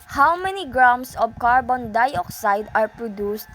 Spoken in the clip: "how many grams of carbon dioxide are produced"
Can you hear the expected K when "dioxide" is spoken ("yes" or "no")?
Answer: yes